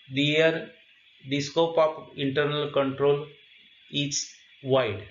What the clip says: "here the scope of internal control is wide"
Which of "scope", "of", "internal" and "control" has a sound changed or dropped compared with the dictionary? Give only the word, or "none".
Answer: of